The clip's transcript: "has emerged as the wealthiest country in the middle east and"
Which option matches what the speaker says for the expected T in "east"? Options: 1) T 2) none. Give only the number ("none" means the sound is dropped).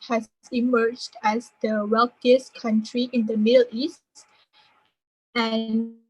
1